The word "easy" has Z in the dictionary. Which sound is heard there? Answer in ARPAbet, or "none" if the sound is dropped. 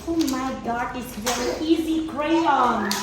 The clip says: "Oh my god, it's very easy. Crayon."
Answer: Z